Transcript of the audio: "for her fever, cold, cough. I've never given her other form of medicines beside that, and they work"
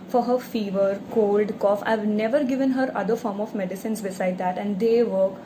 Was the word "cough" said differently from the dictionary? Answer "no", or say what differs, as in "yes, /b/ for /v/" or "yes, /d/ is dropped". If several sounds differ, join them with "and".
no